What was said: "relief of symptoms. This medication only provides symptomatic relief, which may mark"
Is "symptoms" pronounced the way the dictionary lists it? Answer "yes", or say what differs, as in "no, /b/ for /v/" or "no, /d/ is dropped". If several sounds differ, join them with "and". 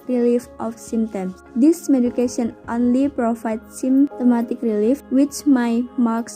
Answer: no, /p/ is dropped